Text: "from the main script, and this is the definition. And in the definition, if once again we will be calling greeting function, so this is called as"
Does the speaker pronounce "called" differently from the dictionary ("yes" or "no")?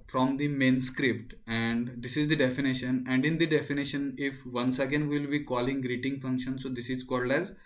no